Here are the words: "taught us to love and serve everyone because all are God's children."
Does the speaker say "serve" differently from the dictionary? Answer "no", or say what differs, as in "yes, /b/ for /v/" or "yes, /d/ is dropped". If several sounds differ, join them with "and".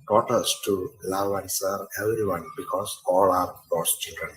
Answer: yes, /v/ is dropped